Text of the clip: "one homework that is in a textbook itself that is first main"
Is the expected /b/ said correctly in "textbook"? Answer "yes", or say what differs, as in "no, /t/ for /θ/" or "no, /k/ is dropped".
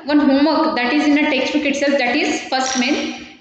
no, /b/ is dropped